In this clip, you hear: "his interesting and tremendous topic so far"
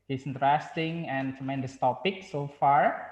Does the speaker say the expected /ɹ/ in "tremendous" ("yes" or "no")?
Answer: no